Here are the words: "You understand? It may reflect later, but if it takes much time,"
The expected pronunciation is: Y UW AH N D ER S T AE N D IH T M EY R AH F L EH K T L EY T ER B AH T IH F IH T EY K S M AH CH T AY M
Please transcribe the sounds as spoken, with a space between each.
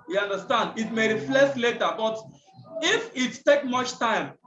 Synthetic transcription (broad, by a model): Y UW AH N D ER S T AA N D IH T M EY R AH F L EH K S L EY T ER B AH T IH F IH T EY K M AH CH T AY M